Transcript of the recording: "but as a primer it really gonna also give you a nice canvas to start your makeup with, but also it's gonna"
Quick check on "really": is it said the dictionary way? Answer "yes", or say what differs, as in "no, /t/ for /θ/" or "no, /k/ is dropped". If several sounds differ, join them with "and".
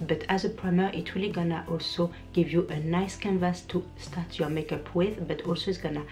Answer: no, /w/ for /ɹ/